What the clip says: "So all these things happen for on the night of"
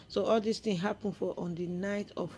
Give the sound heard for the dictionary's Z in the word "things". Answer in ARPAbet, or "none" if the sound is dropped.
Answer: none